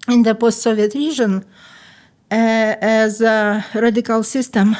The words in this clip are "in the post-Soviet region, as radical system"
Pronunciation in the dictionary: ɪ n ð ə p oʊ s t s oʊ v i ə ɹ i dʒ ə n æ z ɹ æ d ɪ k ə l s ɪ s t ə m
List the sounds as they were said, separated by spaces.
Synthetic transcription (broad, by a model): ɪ n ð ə p oʊ s t s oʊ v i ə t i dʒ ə n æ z ɹ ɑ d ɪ k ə l s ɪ s t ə m